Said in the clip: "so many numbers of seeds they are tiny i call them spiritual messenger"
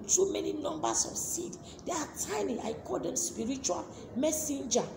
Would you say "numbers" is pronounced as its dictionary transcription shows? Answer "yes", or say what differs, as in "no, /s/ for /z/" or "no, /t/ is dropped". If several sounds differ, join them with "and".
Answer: no, /s/ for /z/